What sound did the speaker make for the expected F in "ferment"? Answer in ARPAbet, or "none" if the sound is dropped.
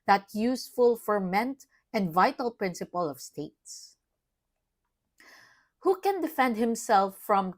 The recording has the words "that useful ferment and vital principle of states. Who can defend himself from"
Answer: F